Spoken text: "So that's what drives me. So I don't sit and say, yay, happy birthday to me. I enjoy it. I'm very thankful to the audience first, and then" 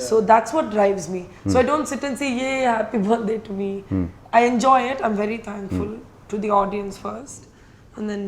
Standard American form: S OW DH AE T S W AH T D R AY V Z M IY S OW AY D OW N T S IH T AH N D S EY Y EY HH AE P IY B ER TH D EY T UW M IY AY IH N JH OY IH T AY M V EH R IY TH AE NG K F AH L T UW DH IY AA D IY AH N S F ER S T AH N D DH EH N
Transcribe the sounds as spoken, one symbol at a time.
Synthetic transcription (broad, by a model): S OW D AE T S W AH T D R AY V Z M IY S OW AY D OW N T S IH T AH N S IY Y EY HH AE P IY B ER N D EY T UW M IY AY IH N JH OY IH T AY M V EH R IY T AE NG K F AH L T UW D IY AA D IY AH N S F ER S T AH N D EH N